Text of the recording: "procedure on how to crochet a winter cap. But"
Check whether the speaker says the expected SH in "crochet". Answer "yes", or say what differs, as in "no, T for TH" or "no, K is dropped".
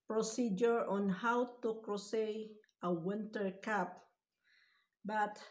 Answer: no, S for SH